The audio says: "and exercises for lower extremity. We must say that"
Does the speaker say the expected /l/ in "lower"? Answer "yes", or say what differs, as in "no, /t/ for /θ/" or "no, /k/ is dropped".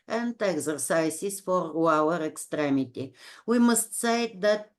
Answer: no, /w/ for /l/